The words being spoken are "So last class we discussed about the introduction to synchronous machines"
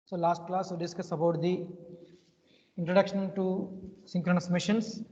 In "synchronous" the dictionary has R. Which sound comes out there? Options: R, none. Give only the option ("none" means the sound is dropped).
R